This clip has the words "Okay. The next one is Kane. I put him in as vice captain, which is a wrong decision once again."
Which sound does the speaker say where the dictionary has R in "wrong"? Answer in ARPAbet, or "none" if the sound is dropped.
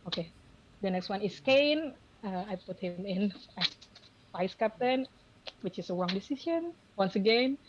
W